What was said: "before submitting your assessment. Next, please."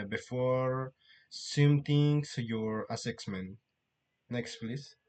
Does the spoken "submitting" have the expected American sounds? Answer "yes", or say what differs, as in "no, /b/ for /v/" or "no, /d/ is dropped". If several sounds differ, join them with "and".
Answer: no, /b/ is dropped